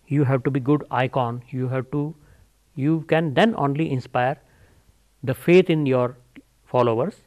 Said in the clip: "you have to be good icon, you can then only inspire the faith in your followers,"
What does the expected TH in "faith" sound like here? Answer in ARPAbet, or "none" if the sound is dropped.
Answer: T